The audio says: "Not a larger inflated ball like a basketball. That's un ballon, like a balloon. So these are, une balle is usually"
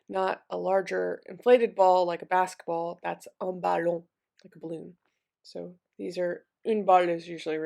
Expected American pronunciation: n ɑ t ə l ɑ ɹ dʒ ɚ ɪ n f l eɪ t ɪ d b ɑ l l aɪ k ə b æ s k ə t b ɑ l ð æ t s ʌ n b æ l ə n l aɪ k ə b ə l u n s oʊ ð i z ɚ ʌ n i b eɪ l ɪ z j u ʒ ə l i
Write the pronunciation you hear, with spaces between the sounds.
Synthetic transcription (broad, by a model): n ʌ t ə l ɑ ɹ dʒ ɚ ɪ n f l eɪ t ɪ d b ɑ l l aɪ k ə b æ s k ə t b ɑ l ð æ t s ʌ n b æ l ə l aɪ k ə b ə l u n s oʊ ð i z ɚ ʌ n b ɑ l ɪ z j u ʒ l i